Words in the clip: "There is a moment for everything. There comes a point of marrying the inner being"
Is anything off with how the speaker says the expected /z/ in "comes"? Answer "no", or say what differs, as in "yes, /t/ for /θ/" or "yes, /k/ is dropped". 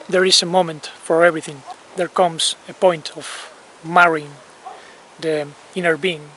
yes, /s/ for /z/